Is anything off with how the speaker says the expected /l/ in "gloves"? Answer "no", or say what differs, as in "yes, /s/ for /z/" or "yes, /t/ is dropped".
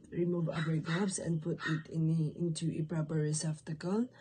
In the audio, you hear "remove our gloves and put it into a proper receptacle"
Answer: yes, /l/ is dropped